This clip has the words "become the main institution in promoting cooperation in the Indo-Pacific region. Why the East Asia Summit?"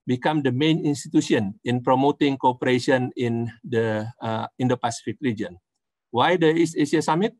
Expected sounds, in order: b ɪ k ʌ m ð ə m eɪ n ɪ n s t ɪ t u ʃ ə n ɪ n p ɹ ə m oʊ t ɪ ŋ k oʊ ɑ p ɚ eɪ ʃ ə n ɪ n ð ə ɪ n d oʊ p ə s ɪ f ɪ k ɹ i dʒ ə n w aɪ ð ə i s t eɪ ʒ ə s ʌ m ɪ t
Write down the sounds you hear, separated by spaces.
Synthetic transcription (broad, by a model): b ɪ k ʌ m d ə m eɪ n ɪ n s t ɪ t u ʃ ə n ɪ n p ɹ ə m oʊ t ɪ ŋ k oʊ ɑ p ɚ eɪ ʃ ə n ɪ n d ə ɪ n d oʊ p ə s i f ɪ k ɹ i dʒ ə n w aɪ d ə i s eɪ s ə s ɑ m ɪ t